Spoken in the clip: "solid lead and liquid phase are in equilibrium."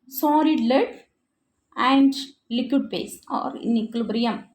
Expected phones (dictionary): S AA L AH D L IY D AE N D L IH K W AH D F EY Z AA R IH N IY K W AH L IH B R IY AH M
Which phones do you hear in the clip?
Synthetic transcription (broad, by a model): S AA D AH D L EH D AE N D L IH K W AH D P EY S AA R IH N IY K L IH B R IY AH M